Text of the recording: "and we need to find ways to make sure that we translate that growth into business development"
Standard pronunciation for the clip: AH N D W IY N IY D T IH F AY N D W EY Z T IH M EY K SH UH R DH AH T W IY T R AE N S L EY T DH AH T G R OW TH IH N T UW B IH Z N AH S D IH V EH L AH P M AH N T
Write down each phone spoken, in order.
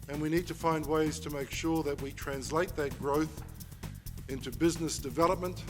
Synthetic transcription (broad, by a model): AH N W IY N IY D T IH F AY N D W EY Z T IH M EY K SH UH R DH AH T W IY T R AE N S L EY T DH AH T G R OW TH IH N T UW B IH Z N AH S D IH V EH L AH P M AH N T